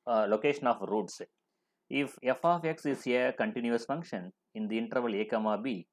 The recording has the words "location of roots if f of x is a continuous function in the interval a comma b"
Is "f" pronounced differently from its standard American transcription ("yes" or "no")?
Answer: no